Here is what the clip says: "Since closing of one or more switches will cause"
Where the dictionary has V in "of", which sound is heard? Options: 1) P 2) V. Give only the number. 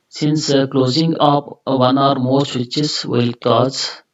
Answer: 1